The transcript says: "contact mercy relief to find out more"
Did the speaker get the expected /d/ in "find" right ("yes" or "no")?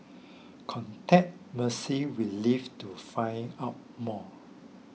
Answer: no